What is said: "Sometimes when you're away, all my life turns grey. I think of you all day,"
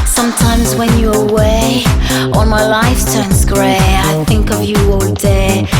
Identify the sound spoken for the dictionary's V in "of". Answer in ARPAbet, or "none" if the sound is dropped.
V